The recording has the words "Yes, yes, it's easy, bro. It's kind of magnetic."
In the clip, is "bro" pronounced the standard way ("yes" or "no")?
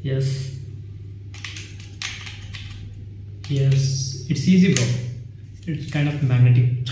no